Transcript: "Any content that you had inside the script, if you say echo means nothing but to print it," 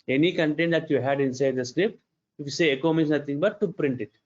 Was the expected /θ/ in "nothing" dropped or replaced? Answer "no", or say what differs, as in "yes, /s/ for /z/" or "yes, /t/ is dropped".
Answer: yes, /t/ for /θ/